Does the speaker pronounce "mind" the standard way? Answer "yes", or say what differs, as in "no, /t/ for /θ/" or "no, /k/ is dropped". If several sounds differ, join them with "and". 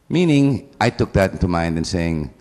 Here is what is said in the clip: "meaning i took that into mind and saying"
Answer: yes